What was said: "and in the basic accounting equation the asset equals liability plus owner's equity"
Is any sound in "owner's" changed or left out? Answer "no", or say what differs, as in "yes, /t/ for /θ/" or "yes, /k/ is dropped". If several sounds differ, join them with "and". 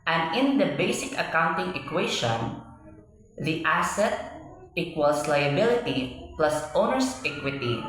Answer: yes, /s/ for /z/